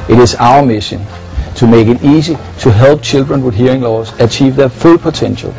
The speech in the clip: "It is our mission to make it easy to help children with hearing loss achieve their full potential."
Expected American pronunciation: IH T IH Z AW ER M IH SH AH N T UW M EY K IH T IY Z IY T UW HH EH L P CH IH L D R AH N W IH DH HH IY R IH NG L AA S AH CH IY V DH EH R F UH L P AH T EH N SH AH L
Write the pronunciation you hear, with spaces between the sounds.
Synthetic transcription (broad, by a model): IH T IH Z AW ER M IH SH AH N S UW M EY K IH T IY S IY S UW HH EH L B CH IH L D R AH N W IH DH HH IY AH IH NG L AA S AH CH IY V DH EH F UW L P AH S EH N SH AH L